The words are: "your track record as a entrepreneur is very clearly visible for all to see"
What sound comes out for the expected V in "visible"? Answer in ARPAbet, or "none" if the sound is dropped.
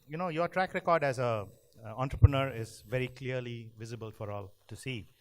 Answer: V